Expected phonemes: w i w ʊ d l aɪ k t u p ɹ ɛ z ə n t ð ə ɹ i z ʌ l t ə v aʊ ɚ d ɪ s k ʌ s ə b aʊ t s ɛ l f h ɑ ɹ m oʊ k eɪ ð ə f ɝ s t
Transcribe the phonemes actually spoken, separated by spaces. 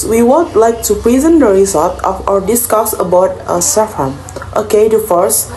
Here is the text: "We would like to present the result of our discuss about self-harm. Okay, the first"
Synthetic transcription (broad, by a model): w i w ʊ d l aɪ k t u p ɹ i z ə n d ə ɹ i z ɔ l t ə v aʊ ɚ d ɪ s k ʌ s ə b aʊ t s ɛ f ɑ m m oʊ k eɪ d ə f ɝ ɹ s